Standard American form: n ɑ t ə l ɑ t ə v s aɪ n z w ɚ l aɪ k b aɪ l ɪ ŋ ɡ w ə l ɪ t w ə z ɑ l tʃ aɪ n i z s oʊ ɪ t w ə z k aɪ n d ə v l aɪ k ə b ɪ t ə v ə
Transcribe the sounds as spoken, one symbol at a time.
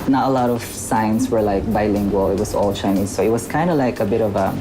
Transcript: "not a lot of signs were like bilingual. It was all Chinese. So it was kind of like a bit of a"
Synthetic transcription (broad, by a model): n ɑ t ə l ɑ t ə v s aɪ n s w ɚ l aɪ k b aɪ l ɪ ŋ ɡ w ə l ɪ t w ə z ɑ l tʃ aɪ n i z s oʊ ɪ t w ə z k aɪ n d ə l aɪ k ə b ɪ t ə v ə